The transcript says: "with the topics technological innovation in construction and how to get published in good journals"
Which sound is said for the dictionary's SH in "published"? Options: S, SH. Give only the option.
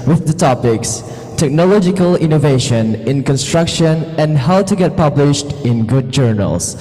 SH